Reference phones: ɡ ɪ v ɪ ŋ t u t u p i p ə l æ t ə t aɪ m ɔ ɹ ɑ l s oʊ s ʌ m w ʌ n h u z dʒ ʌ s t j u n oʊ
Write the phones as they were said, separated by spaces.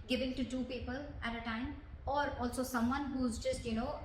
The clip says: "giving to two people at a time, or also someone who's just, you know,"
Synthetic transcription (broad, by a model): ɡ ɪ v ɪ ŋ t u t u p i p ə l æ t ə t aɪ m ɔ ɹ ɑ l s oʊ s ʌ m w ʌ n h u z dʒ ʌ s t j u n oʊ